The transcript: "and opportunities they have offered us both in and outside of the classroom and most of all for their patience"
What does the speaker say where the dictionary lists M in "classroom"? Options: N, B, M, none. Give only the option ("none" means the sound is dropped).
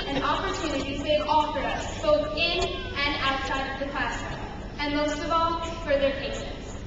none